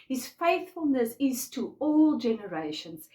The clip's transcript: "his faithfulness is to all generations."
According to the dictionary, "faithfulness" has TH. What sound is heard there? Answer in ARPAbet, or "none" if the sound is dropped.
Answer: TH